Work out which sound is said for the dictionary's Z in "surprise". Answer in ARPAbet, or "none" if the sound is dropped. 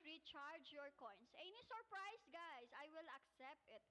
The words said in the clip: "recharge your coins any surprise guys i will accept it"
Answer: S